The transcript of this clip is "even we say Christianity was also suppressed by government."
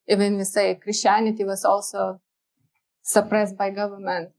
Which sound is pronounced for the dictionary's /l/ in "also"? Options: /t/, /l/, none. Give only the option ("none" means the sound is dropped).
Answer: /l/